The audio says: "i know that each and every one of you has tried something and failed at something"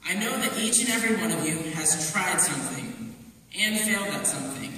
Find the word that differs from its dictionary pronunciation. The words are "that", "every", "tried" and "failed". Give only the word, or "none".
none